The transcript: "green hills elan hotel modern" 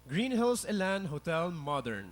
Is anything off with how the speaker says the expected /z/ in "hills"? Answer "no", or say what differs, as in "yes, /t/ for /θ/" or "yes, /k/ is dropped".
yes, /s/ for /z/